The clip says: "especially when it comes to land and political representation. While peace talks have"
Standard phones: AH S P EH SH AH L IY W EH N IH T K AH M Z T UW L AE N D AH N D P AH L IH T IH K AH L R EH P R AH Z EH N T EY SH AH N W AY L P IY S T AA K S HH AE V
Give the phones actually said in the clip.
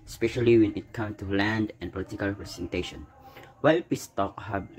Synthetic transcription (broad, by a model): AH S P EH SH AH L IY W EH N IH T K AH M T UW L AE N D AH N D P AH L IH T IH K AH L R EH P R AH S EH N T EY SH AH N W AY L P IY S T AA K HH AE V